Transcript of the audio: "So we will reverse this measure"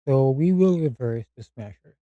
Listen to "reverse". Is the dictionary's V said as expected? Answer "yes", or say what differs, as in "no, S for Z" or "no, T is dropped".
yes